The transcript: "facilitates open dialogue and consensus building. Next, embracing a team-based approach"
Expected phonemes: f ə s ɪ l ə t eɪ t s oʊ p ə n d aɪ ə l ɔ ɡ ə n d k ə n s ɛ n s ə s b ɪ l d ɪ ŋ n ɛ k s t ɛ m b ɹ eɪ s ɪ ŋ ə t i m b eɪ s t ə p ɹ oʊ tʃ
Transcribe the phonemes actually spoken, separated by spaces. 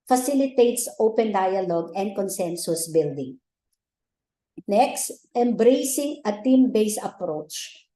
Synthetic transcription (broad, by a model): f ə s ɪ l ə t eɪ t s oʊ p ə n d aɪ ə l ɔ ɡ ə n d k ə n s ɛ n s ə s b ɪ l d ɪ ŋ n ɛ k s t ɛ m b ɹ eɪ s ɪ ŋ ə t i m b eɪ s ə p ɹ oʊ tʃ